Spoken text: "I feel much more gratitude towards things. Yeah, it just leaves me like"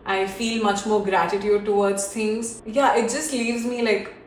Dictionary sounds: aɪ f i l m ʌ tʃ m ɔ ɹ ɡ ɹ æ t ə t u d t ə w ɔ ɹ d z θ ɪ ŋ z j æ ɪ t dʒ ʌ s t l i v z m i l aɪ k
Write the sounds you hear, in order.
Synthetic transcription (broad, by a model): aɪ f i l m ʌ tʃ m ɔ ɹ ɡ ɹ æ t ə t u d t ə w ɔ ɹ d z t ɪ ŋ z j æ ɪ t dʒ ʌ s t l i v z m i l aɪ k